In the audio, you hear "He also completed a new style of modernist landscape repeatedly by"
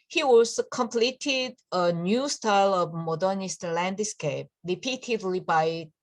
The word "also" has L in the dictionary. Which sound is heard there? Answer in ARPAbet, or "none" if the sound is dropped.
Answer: none